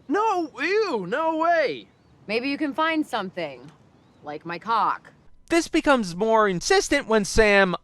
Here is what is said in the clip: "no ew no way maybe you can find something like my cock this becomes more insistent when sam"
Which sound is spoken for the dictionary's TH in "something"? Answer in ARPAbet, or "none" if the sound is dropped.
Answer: TH